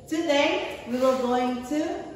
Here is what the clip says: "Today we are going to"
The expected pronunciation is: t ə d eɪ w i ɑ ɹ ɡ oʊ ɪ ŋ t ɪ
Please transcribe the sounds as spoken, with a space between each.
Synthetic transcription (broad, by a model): t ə d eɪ w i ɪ l ɡ oʊ ɪ ŋ t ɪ